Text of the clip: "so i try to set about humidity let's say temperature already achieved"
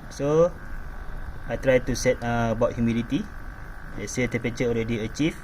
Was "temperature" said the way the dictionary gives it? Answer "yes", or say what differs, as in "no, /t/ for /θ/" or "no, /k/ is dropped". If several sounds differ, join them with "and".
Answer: no, /m/ is dropped and /ɹ/ is dropped